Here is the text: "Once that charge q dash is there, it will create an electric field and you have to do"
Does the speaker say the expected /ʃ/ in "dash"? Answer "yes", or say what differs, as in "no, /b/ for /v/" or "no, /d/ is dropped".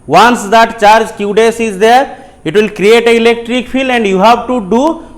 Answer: no, /s/ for /ʃ/